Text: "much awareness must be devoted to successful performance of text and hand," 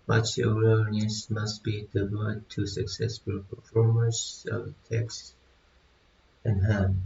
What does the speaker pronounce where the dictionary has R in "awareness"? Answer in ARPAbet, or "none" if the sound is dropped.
L